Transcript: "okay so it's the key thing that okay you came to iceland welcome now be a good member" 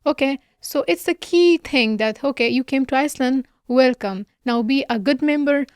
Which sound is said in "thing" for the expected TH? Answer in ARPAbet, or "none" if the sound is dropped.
T